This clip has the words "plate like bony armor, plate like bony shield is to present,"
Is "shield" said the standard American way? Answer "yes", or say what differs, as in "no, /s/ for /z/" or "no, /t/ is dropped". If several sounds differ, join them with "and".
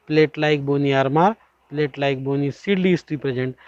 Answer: no, /s/ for /ʃ/